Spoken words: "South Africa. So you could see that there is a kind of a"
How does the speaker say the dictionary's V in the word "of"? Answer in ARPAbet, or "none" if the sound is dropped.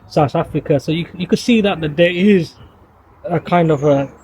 V